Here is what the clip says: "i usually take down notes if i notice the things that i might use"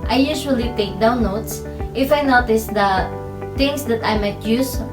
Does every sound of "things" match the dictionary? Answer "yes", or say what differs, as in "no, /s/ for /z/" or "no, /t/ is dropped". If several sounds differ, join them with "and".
no, /t/ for /θ/